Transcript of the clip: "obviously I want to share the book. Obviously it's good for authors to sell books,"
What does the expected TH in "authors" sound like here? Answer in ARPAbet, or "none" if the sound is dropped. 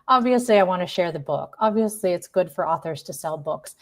TH